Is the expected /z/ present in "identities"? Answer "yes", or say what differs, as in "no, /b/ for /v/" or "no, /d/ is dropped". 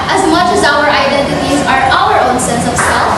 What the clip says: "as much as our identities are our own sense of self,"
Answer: yes